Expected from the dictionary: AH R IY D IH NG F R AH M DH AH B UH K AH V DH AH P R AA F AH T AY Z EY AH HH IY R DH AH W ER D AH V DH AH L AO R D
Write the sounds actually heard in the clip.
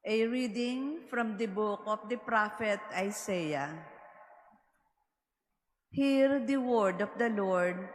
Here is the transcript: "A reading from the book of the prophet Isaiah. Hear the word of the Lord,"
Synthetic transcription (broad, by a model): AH R IY D IH NG F R AH M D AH B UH K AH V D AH P R AA F AH T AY S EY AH HH IY R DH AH W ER D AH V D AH L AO R D